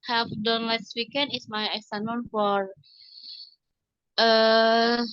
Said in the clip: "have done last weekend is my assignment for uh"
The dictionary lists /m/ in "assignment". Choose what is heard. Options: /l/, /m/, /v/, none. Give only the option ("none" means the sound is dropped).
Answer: none